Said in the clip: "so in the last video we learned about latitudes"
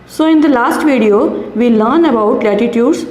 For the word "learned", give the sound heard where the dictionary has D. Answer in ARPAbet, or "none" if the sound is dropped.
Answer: none